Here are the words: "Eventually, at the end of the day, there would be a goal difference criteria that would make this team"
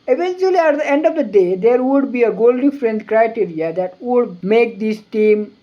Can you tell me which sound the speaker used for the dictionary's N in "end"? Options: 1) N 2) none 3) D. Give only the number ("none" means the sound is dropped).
1